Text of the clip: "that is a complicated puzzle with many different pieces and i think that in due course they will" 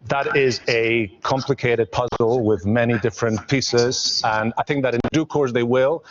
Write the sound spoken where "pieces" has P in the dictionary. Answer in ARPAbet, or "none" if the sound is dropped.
P